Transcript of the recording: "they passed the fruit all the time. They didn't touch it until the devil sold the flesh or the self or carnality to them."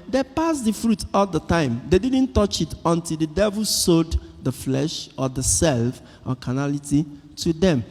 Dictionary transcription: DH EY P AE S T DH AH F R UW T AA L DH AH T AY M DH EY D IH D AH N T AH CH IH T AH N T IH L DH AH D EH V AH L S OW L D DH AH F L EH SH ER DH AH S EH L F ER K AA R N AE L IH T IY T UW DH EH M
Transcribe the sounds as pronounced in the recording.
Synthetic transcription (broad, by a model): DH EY P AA S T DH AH F R UW T AA L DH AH T AY M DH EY D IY D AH N T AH CH IH T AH N T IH L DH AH D EH V AH L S OW D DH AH F L EH SH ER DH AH S EH L F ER K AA N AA L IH T IY T UW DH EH M